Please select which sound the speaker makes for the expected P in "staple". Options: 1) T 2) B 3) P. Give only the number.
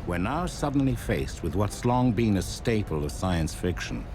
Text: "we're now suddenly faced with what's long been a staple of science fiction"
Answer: 3